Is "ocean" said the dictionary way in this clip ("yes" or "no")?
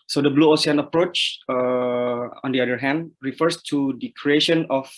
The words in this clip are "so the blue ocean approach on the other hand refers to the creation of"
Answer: no